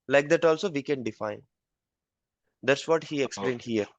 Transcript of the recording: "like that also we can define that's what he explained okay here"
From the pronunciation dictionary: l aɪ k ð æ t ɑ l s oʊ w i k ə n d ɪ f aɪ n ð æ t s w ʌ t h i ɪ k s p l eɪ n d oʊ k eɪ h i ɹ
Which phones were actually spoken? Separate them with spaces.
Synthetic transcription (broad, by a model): l aɪ k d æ t ɑ l s oʊ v i k ə n d ɪ f aɪ n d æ t s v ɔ t h i ɪ k s p l eɪ n d h i ɹ